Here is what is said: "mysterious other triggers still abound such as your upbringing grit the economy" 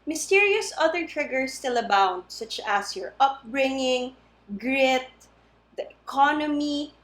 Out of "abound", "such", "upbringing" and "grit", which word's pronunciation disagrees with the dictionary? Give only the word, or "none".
none